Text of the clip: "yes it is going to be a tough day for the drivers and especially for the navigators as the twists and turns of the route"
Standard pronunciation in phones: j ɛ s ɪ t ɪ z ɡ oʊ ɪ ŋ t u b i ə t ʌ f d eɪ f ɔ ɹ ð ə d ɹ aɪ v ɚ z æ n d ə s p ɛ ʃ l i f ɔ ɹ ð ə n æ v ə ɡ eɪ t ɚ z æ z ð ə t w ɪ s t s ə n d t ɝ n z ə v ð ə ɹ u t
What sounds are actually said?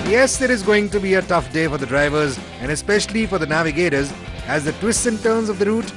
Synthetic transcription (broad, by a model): j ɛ s ɪ t ɪ z ɡ oʊ ɪ ŋ t u b i ə t ʌ f d eɪ f ɔ ɹ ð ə d ɹ aɪ v ɚ z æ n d ə s p ɛ ʃ l i f ɔ ɹ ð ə n æ v ə ɡ eɪ t ɚ z æ z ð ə t w ɪ s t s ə n t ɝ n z ə v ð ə ɹ u t